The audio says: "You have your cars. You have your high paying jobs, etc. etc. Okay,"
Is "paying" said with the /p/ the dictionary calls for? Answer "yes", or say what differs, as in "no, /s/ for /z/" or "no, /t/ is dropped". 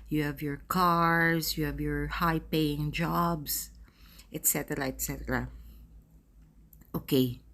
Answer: yes